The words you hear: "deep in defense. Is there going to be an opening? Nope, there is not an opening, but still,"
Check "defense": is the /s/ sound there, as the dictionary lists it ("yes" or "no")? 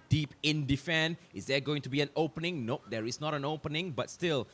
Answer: no